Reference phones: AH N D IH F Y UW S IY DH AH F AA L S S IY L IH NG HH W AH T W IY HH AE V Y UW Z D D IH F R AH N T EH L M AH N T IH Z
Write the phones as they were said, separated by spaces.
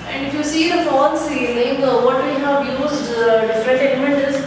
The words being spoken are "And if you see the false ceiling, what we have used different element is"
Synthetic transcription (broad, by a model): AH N D IH F Y UW S IY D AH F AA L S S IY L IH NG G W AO T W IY HH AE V Y UW Z D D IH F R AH T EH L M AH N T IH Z